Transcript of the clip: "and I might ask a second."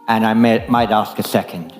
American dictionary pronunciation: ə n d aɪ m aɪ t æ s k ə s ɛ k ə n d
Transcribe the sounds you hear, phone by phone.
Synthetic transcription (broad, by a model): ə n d aɪ m aɪ t æ s k ə s ɛ k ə n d